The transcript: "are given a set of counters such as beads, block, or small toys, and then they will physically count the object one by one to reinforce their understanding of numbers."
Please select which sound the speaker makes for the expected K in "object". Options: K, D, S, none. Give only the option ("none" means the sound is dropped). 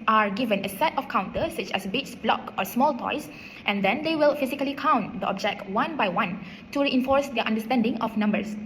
K